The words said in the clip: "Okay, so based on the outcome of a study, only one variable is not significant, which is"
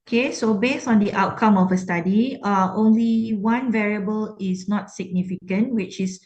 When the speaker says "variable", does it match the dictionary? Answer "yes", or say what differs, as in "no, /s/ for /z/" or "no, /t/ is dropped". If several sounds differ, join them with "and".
yes